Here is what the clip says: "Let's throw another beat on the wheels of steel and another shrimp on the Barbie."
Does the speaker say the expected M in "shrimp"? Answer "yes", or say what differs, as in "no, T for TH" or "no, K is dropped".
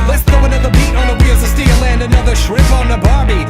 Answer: no, M is dropped